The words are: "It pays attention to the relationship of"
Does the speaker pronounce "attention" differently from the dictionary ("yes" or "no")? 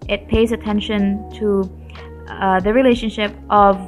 no